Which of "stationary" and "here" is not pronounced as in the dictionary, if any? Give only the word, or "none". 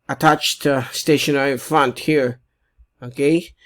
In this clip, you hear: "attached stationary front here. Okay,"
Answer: stationary